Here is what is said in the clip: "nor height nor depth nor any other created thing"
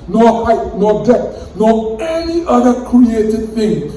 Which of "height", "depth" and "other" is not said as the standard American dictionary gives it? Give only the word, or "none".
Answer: depth